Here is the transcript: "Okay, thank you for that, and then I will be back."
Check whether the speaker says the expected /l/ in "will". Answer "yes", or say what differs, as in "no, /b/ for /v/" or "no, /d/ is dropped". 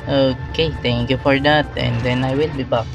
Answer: yes